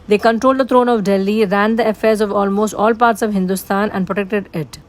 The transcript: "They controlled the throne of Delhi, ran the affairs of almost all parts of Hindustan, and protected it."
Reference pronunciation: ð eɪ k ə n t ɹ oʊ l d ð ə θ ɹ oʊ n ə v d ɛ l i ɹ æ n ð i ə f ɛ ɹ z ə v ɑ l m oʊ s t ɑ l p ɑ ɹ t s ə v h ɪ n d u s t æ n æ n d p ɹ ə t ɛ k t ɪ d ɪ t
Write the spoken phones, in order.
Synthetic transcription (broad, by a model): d eɪ k ə n t ɹ oʊ l d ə t ɹ oʊ n ə v d ɛ l i ɹ æ n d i ə f ɛ ɹ z ə v ɑ l m oʊ s t ɑ l p ɑ ɹ t s ə v h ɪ n d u s t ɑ n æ n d p ɹ ə t ɛ k t ɪ d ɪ t